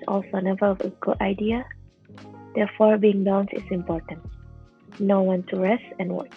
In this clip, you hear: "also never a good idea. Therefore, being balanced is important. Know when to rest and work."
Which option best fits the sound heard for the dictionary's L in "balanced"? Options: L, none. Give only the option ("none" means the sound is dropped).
none